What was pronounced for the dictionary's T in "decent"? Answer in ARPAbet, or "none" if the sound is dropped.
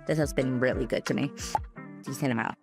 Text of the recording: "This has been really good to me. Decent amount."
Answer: none